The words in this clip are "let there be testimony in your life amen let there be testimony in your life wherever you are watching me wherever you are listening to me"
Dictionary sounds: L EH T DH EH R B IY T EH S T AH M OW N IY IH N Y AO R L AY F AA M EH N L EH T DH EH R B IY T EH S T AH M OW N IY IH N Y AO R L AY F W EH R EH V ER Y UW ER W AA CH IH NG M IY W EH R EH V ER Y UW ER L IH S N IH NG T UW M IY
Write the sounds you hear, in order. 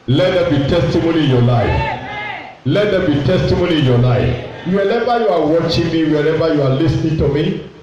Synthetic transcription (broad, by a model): L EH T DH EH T B IY T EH S T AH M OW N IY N Y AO L AY F L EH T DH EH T B IY T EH S T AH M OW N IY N Y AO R L AY F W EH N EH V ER Y UW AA W AA CH IH NG M IY W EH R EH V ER Y UW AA L IH S N IH NG T UW M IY